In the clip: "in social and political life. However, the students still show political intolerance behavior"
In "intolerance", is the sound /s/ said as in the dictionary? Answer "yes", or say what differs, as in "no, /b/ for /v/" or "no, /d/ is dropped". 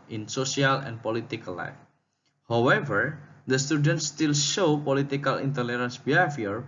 yes